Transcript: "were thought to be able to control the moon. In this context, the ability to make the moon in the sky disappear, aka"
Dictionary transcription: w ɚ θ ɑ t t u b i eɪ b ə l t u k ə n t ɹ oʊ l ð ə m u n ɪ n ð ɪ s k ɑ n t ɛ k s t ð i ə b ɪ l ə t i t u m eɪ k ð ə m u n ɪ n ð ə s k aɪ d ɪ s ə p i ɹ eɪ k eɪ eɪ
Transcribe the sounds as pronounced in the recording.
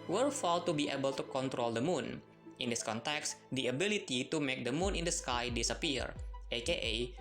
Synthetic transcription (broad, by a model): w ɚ f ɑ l t u b i eɪ b ə l t u k ə n t ɹ oʊ l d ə m u n ɪ n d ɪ s k ɑ n t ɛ k s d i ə b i l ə t i t u m eɪ k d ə m u n ɪ n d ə s k aɪ d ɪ s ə p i ɹ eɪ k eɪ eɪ